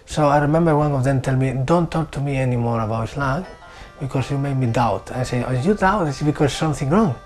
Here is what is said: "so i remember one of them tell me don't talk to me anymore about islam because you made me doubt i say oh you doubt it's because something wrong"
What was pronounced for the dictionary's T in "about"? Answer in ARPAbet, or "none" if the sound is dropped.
none